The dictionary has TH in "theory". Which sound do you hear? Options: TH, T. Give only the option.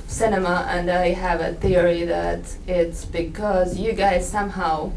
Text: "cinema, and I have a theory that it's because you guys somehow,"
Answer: TH